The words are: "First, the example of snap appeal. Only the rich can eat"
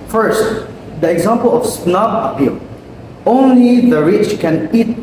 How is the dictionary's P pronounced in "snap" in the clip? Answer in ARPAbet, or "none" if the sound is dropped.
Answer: B